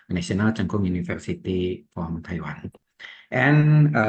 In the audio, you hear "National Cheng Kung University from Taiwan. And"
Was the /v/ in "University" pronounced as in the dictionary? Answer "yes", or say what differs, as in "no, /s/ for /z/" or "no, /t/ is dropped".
no, /f/ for /v/